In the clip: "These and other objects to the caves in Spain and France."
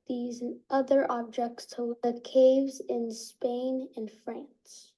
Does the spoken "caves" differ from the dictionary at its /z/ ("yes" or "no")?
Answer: no